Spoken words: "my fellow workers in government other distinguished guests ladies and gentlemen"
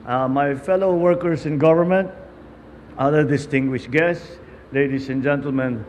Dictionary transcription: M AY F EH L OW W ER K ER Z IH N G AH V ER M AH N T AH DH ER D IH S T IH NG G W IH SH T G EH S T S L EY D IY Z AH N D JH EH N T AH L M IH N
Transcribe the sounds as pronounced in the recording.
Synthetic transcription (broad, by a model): M AY F EH L OW W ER K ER S IH N G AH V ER M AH N T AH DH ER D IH S T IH NG G W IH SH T G EH S T S L EY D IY S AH N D JH EH N T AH L M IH N